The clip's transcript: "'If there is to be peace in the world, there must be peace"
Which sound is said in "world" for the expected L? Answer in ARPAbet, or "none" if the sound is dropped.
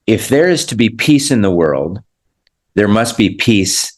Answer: L